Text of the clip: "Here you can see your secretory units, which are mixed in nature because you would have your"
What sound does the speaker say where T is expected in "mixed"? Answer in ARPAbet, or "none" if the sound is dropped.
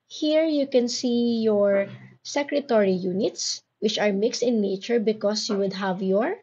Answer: T